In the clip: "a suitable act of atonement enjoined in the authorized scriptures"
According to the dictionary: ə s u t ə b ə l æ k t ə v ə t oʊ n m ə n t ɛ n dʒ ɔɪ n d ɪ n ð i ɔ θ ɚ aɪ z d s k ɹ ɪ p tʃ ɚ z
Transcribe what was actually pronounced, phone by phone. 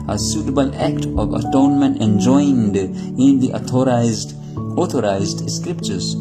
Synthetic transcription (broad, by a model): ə s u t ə b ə l æ k t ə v ə t oʊ n m ə n t ɛ n dʒ ɔɪ n d ɪ n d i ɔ t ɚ aɪ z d s k ɹ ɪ p tʃ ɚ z